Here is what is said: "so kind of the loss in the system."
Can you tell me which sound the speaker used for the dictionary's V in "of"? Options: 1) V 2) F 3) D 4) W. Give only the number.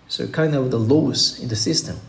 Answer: 4